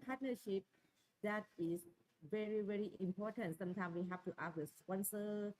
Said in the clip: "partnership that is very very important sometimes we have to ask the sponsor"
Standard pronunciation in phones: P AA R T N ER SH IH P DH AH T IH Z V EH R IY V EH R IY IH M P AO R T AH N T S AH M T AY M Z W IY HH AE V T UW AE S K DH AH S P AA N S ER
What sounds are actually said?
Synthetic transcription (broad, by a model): P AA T N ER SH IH P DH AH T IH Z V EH R IY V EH R IY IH M P AO T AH N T S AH M T AY M S W IY HH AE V T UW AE K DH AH S P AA N S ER